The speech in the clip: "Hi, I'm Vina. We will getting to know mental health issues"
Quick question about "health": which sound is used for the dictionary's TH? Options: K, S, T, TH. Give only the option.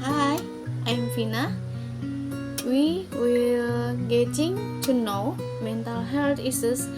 T